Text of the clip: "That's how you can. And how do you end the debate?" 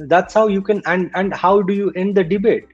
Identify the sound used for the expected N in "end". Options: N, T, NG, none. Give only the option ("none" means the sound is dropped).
N